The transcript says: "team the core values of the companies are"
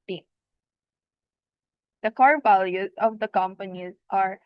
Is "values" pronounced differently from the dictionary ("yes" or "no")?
no